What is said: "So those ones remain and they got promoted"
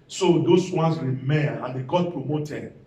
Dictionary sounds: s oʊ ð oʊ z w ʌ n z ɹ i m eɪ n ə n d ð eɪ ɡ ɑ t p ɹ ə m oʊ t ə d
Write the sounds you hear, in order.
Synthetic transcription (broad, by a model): s oʊ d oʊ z w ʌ n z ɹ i m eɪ ə n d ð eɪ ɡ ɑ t p ɹ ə m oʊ t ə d